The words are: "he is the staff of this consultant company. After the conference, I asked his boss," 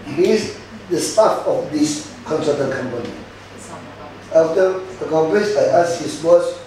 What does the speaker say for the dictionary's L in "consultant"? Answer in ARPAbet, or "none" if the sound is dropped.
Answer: none